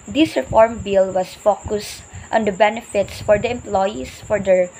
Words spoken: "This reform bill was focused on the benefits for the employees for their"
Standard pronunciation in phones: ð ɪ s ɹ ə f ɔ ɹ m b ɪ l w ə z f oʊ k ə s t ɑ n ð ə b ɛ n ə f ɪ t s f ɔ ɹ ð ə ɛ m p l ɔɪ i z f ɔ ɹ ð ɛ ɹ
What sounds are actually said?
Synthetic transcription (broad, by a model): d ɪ s ɹ ə f ɔ ɹ m b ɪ l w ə s f oʊ k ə s t ɑ n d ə b ɛ n ə f ɪ t s f ɔ ɹ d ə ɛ m p l ɔɪ i s f ɔ ɹ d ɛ ɹ